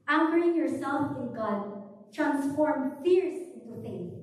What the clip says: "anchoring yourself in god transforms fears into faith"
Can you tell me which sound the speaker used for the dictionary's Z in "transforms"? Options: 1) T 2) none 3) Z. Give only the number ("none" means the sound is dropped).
2